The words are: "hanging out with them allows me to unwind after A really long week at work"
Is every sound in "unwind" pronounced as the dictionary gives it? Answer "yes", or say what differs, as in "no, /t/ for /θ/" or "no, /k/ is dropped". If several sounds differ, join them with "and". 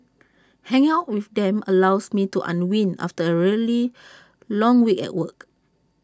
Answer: no, /d/ is dropped